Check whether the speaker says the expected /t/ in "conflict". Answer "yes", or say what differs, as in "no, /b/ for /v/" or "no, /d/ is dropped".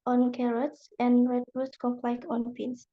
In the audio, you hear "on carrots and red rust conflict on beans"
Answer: no, /t/ is dropped